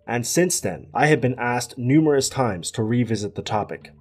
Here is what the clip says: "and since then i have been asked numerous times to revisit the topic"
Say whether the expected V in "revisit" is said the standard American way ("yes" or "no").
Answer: yes